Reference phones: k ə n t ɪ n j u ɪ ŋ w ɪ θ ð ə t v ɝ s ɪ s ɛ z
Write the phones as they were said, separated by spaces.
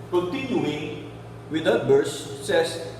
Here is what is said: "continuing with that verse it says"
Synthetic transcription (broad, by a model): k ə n t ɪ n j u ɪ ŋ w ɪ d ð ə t b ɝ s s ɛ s